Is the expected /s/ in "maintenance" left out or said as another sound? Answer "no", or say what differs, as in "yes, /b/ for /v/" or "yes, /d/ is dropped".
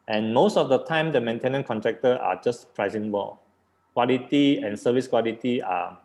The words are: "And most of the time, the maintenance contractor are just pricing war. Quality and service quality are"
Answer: yes, /s/ is dropped